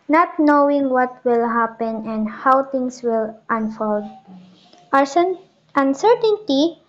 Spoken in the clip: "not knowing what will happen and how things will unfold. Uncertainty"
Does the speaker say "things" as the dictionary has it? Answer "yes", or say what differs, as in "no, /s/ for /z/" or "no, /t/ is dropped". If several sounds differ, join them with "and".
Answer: no, /t/ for /θ/ and /s/ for /z/